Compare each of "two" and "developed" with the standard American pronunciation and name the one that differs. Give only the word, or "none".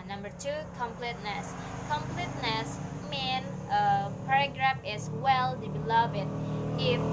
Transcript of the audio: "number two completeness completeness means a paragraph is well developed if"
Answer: developed